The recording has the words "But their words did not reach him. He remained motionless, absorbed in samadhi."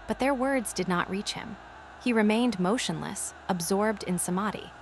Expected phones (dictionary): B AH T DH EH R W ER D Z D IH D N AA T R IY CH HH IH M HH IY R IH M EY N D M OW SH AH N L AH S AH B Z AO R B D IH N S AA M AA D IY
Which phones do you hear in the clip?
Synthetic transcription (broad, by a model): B AH T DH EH R W ER D Z D IH D N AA T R IY CH HH IH M HH IY R IH M EY N D M OW SH AH N L AH S AH B Z AO R B D IH N S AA M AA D IY